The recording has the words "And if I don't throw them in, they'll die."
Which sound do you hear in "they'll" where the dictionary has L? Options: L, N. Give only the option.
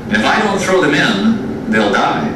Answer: L